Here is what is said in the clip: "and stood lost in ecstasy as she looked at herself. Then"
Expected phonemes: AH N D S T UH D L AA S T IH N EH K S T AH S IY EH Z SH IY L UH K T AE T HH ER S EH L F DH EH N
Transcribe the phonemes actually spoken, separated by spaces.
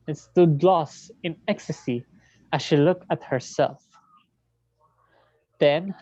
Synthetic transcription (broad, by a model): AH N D S T UH D L AA S T IH N EH K S T AH S IY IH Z SH IY L UH K T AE T HH ER S EH L F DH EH N